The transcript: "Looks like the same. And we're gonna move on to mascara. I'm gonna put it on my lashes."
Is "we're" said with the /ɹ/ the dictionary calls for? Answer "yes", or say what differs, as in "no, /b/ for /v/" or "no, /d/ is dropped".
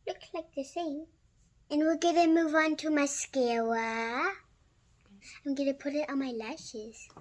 no, /l/ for /ɹ/